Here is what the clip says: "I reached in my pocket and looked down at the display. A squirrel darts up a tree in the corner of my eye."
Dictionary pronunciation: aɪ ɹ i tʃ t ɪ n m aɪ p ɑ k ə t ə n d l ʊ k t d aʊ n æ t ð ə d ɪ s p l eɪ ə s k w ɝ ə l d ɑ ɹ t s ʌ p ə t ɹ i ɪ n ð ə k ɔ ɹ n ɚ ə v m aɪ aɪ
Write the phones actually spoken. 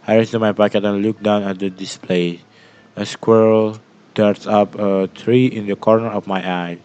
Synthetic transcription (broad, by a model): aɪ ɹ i s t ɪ m aɪ p ɑ k ə t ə n l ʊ k d aʊ n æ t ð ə d ɪ s p l eɪ ə s k w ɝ l d ɑ ɹ t s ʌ p ə t ɹ i ɪ n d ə k ɔ ɹ n ɚ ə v m aɪ aɪ